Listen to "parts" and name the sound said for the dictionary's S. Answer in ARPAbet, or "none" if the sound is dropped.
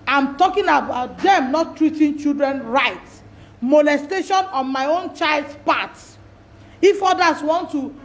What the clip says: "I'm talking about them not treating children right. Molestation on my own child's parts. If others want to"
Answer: none